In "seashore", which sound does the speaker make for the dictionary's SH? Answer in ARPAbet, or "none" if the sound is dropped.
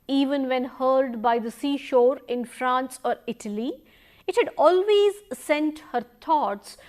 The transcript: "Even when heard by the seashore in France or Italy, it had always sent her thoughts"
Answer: SH